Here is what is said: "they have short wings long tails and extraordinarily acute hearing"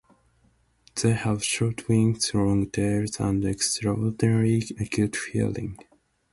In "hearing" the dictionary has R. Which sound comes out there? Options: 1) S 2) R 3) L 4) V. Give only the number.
3